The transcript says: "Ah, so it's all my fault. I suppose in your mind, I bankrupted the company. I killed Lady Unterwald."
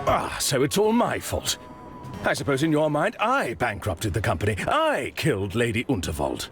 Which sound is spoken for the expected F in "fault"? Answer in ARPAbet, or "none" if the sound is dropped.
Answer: F